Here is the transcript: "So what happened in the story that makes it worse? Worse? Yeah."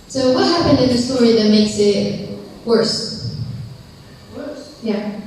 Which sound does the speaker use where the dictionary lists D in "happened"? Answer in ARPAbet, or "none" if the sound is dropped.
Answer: D